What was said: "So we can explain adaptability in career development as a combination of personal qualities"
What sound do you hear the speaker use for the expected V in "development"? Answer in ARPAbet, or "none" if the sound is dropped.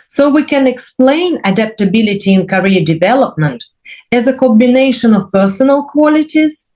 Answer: V